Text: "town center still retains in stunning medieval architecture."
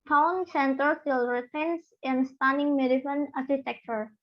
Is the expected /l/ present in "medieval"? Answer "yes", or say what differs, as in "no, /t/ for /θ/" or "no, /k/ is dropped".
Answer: no, /n/ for /l/